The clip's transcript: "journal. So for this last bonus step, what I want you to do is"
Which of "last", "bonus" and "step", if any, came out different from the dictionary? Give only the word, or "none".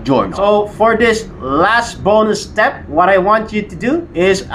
bonus